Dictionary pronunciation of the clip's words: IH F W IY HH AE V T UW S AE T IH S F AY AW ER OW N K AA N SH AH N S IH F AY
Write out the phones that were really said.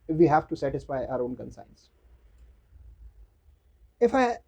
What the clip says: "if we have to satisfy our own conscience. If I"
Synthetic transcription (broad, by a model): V IY HH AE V T UW S AE T IH S F AY AW ER OW N K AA N S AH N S IH F AY